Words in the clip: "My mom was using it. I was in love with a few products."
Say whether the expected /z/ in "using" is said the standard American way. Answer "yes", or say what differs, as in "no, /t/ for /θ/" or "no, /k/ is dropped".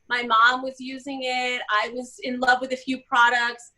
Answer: yes